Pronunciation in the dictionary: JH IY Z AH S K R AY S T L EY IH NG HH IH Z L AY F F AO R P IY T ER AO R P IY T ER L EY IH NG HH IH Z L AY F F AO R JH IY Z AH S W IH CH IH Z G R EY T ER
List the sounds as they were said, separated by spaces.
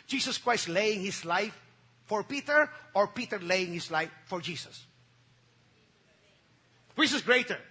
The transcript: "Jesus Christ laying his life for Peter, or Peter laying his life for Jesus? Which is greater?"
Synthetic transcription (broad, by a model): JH IY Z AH S K R AY S T L EY IH NG HH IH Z L AY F F AO R P IY T ER AO R P IY T ER L EY IH NG HH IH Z L AY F F AO R JH IY S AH S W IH S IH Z G R EY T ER